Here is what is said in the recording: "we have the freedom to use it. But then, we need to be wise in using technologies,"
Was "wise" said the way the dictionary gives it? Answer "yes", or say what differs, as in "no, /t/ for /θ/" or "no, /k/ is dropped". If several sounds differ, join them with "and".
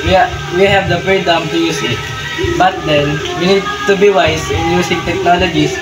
no, /s/ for /z/